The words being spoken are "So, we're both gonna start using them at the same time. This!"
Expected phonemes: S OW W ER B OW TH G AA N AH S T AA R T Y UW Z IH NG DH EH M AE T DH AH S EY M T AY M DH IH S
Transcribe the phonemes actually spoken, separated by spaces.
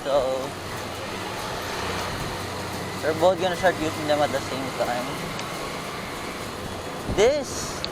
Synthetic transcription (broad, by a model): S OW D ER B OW T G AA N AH S T AA R T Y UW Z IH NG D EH M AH T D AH S EY M T AY M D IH S